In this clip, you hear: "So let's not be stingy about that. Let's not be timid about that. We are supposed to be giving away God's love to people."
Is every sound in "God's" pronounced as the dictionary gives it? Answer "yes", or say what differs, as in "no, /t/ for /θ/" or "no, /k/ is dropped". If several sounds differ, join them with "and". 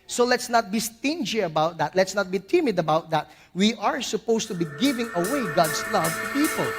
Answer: no, /s/ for /z/